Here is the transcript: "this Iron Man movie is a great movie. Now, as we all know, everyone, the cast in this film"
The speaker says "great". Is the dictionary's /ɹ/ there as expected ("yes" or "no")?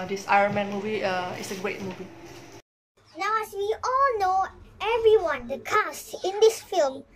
yes